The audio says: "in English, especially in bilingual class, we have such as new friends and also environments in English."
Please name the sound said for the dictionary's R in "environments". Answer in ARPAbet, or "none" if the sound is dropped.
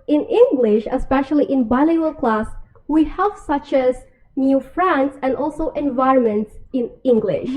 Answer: R